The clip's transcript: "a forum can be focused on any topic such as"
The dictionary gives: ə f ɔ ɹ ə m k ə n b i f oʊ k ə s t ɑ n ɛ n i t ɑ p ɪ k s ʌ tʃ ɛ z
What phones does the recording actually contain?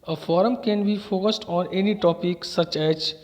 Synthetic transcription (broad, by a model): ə f ɔ ɹ ə m k ə n b i f oʊ k ə s t ɑ n ɛ n i t ɑ p ɪ k s ʌ tʃ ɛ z